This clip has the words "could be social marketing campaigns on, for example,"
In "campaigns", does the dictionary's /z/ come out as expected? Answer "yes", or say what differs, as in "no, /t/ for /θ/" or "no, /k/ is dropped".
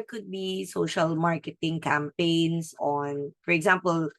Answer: no, /s/ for /z/